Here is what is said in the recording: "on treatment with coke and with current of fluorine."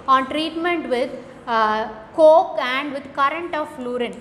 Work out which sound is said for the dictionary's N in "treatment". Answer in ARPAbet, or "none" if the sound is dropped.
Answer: N